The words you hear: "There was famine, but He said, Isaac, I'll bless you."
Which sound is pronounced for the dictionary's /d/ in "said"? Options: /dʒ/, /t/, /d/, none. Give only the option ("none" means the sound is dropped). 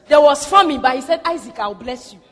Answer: /d/